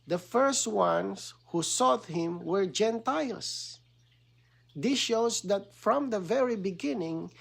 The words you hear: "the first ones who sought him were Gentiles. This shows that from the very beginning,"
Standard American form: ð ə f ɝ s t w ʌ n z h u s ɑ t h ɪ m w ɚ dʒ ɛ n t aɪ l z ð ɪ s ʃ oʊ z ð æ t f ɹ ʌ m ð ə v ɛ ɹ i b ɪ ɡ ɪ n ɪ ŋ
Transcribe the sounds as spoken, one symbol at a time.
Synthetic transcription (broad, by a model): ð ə f ɝ s t w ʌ n s h u s ɑ t h ɪ m w ɚ dʒ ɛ n t aɪ l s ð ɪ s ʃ oʊ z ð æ t f ɹ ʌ m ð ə v ɛ ɹ i b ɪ ɡ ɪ n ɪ ŋ